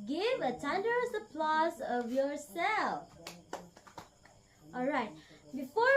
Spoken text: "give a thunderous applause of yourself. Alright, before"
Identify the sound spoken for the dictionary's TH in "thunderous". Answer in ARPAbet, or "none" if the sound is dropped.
T